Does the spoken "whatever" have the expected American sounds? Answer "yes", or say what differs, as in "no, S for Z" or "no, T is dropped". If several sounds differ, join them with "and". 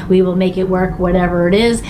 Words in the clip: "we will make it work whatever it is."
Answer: yes